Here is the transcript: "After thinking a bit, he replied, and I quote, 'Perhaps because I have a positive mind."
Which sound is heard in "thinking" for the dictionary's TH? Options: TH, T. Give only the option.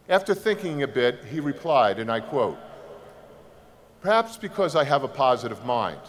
TH